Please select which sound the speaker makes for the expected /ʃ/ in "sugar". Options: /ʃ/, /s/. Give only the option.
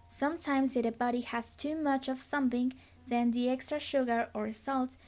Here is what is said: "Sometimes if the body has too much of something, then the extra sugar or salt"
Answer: /ʃ/